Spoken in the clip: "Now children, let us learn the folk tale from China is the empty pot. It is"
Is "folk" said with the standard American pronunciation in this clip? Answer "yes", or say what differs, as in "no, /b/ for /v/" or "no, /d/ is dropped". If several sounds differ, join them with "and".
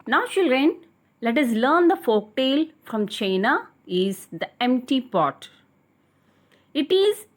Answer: yes